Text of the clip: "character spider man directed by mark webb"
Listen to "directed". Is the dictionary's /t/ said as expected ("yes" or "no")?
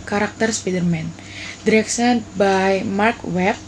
no